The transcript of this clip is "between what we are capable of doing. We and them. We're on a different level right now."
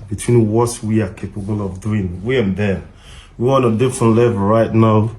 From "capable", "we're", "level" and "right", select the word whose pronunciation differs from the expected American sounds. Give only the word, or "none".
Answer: we're